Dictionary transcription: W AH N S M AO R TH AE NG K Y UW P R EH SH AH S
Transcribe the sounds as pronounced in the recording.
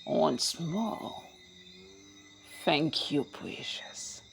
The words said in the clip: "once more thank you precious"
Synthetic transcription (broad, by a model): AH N S M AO L TH AE NG K Y UW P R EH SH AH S